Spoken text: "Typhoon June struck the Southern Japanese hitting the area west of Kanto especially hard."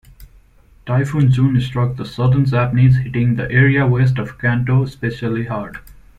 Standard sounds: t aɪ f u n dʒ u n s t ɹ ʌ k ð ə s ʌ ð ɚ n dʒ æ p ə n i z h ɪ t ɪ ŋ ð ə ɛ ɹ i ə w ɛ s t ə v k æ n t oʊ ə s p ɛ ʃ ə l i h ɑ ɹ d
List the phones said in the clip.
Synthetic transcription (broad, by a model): t aɪ f u n dʒ u n s t ɹ ʌ k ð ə s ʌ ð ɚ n z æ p n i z h ɪ t ɪ ŋ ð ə ɛ ɹ i ə w ɛ s t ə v k æ n t oʊ s p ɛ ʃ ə l i h ɑ ɹ d